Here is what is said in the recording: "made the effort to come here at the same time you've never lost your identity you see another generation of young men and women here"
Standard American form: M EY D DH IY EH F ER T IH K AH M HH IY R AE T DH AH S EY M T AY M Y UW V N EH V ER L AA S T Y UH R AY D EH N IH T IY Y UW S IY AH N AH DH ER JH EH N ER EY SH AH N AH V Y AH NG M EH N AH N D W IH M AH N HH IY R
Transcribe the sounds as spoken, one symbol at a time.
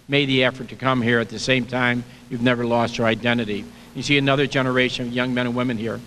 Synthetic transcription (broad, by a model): M EY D DH IY EH F ER T IH K AH M HH IY R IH T DH AH S EY M T AY M Y UW V N EH V ER L AA S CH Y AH R AY D EH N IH T IY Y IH S IY AH N AH DH ER JH EH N ER EY SH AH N AH V Y AH NG M EH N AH N W IH M AH N HH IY R